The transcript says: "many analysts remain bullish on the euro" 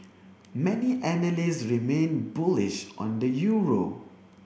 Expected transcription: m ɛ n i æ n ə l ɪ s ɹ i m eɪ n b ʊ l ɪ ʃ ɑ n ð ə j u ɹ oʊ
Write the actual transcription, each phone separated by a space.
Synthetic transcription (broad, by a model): m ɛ n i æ n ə l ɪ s ɹ i m eɪ n b ʊ l ɪ ʃ ɑ n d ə j u ɹ oʊ